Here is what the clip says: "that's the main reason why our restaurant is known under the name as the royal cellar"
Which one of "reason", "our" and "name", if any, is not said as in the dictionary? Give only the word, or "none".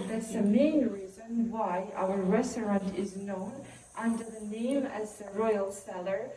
none